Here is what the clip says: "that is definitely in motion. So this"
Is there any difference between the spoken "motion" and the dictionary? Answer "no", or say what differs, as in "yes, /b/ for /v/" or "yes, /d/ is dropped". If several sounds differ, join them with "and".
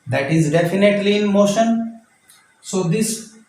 no